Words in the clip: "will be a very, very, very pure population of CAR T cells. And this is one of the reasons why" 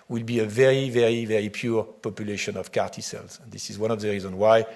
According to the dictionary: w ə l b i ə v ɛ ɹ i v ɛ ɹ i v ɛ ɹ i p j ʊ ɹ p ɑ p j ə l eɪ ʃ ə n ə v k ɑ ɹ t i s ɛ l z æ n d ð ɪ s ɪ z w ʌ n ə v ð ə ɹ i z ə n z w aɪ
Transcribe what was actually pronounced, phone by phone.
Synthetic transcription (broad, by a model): w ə l b i ə v ɛ ɹ i v ɛ ɹ i v ɛ ɹ i p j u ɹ p ɑ p j ə l eɪ ʃ ə n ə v k ɑ ɹ t i s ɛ l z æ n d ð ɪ s ɪ z w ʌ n ə v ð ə ɹ i z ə n w aɪ